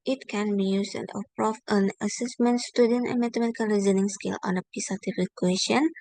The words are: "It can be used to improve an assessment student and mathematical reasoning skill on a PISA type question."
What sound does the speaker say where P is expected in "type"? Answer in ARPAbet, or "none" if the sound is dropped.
F